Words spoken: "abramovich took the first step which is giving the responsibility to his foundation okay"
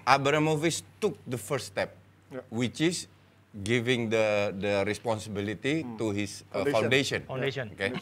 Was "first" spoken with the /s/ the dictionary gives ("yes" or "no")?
no